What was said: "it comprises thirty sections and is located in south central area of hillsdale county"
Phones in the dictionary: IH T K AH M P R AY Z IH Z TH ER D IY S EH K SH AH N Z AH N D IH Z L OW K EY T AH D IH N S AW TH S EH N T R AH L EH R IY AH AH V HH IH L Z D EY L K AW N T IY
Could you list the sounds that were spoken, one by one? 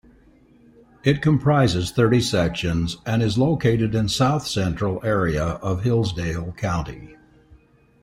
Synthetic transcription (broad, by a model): IH T K AH M P R AY Z IH Z TH ER D IY S EH K SH AH N Z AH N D IH Z L OW K EY T AH D IH N S AW TH S EH N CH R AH L EH R IY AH AH V HH IH L Z D EY L K AW N T IY